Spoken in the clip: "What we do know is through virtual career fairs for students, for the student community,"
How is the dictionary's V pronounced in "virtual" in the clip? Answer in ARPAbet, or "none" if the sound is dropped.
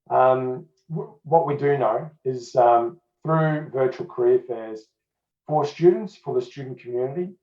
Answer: V